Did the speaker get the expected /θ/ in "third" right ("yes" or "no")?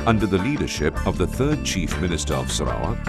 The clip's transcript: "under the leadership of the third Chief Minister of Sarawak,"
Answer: yes